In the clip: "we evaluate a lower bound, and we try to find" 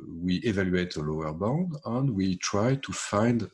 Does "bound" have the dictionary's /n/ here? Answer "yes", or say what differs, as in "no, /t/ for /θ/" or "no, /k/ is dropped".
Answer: yes